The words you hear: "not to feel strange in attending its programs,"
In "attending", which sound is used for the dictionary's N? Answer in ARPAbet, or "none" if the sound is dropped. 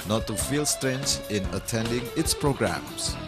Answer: N